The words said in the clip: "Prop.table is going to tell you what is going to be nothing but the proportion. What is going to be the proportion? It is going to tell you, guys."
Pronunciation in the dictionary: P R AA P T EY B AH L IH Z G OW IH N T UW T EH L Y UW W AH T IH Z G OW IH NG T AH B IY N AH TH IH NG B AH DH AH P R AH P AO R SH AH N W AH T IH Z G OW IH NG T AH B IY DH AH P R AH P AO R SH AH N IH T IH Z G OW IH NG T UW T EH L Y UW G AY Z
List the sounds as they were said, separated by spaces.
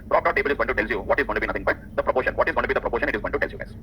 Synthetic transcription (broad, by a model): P R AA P T EY B AH L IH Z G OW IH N T UW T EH L Y UW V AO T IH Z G OW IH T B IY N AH T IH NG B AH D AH P R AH P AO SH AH N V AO T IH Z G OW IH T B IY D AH P R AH P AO SH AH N IH T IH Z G OW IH T UW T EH L Y UW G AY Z